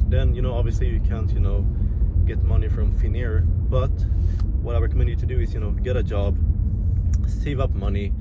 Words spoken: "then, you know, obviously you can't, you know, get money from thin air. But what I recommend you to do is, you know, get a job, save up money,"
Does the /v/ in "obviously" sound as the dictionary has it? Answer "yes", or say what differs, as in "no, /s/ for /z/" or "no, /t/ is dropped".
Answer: yes